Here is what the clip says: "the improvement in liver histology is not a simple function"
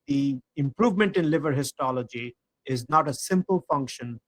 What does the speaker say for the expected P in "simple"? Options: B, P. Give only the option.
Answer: P